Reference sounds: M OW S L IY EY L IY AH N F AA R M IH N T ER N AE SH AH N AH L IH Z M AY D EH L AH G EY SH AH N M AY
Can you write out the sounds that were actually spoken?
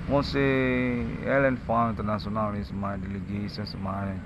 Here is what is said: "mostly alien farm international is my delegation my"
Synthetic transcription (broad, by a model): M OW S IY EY L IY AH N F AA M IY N T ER N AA S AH N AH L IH S M AY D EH L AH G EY S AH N M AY